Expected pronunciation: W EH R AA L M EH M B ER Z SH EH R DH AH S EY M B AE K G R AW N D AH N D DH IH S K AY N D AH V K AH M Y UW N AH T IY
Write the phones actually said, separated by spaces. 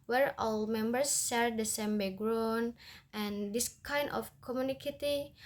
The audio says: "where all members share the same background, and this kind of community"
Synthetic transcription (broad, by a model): W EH R AA L M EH M B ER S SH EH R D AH S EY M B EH G R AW N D AH N D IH S K AY N D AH F K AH M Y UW N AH T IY